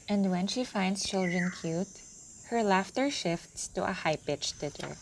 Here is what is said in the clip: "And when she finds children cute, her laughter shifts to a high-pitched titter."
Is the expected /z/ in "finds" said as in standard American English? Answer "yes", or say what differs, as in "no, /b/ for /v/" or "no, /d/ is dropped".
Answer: no, /s/ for /z/